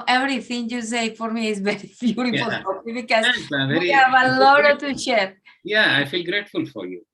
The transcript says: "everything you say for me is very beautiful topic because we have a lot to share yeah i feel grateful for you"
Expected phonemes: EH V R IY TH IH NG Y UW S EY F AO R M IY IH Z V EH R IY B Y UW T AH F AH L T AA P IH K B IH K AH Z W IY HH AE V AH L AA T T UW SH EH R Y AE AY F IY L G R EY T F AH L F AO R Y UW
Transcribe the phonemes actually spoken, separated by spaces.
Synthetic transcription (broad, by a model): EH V R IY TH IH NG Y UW S EY F AO R M IY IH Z V EH R IY B Y UW T AH F AH L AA IH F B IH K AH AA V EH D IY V AH L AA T T UW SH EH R Y AE AY F IY L G R EY T F AH L F AO R Y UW